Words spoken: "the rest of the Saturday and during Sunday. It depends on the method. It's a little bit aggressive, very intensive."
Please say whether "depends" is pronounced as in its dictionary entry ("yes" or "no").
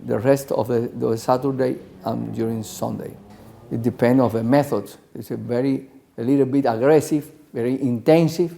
no